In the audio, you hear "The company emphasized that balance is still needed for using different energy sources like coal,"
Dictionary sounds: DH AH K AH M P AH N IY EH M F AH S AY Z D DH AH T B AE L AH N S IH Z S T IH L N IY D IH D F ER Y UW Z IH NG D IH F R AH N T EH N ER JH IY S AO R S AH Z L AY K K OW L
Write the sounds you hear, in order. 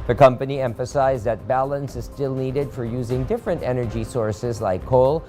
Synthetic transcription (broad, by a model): DH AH K AH M P AH N IY EH M F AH S AY Z DH AH T B AE L AH N S IH Z S T IH L N IY D IH D F ER Y UW Z IH NG D IH F R AH N T EH N ER JH IY S AO R S AH Z L AY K K OW L